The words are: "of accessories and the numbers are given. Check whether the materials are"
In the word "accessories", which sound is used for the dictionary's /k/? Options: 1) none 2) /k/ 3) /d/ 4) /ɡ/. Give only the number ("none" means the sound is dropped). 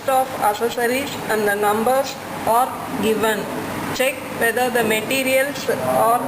1